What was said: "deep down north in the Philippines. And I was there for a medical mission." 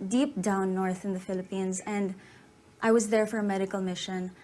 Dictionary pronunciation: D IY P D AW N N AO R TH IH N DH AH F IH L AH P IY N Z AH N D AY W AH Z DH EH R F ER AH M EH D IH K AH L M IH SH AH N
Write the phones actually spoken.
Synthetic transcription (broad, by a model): D IY P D AW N N AO R TH IH N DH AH F IH L AH P IY N Z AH N D AY W AH Z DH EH R F ER AH M EH D IH K AH L M IH SH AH N